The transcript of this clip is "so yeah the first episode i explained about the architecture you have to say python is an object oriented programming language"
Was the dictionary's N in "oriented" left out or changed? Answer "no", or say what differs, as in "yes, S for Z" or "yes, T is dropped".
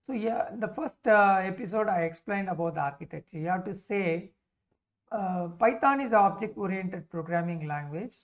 no